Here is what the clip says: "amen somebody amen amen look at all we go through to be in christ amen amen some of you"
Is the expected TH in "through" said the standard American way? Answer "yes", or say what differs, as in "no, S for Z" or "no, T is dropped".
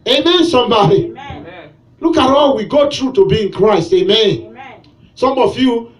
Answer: no, T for TH